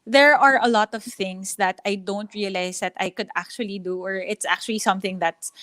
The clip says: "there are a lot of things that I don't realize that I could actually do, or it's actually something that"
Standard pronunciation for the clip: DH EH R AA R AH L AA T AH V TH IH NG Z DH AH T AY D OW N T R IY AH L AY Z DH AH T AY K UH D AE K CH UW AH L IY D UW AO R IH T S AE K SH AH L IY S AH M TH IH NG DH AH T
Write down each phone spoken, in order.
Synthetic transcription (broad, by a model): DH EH R AA R AH L AA T AH V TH IH NG S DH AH T AY D OW N T R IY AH L AY S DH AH T AY K UH D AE K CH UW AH L IY D UW AO R IH T S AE K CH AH L IY S AH M TH IH NG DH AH T